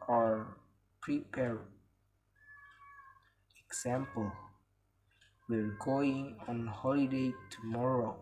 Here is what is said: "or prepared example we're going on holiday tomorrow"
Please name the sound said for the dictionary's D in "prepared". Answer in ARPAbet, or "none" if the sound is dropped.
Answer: none